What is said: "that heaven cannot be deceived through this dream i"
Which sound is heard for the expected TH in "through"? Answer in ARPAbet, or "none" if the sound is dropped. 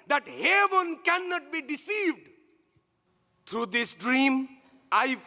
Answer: T